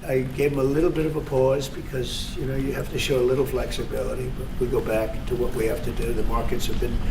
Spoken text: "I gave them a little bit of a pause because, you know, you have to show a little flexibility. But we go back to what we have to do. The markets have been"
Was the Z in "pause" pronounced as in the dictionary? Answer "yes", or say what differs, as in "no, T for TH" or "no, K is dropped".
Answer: yes